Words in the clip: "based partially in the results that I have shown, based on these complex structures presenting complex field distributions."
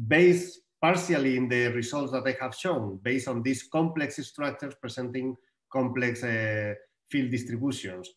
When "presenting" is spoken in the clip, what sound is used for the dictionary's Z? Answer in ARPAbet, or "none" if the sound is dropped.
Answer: S